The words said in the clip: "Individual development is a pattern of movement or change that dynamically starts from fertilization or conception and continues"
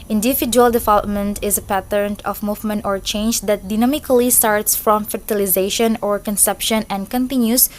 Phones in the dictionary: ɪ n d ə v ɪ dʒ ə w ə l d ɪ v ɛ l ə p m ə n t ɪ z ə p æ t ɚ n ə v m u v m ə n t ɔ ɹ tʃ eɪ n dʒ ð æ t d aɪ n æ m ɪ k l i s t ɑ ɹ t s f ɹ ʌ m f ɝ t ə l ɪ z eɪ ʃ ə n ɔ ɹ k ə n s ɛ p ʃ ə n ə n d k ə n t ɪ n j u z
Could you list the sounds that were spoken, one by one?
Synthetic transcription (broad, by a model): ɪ n d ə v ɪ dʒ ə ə l d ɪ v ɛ l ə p m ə n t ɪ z ə p æ t ɚ n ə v m u v m ə n t ɔ ɹ tʃ eɪ n dʒ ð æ t d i n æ m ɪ k l i s t ɑ ɹ t s f ɹ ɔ m f ɝ t ə l ɪ z eɪ ʃ ə n ɔ ɹ k ə n s ɛ p ʃ ə n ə n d k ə n t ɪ n j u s